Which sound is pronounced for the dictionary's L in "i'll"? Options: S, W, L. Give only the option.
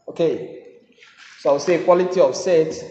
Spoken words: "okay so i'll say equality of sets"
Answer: W